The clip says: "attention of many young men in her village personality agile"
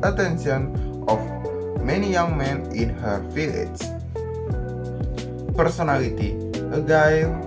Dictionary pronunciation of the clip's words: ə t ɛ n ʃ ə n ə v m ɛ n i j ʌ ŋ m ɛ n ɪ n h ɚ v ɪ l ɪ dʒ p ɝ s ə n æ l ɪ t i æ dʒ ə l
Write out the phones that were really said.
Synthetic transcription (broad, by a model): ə t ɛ n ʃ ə n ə f m ɛ n i j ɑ ŋ m ɛ n ɪ n h ɚ f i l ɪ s p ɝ s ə n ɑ l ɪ t i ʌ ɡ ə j